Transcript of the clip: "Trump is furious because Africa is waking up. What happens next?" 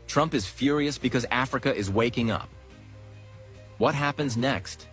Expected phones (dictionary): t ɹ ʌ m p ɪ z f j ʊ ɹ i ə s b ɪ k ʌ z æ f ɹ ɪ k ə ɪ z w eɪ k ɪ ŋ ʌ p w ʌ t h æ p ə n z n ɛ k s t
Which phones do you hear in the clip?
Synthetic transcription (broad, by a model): t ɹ ʌ m p ɪ z f j ʊ ɹ i ə s b ɪ k ʌ z æ f ɹ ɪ k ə ɪ z w eɪ k ɪ ŋ ʌ p w ʌ t h æ p ə n z n ɛ k s t